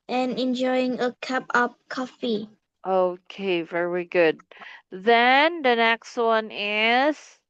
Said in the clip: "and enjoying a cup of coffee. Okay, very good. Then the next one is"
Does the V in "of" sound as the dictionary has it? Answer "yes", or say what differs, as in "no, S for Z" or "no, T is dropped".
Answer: no, P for V